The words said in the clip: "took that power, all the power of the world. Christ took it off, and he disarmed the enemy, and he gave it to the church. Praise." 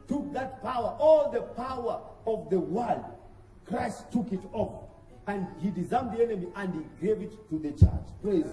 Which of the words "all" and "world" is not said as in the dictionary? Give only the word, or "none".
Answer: none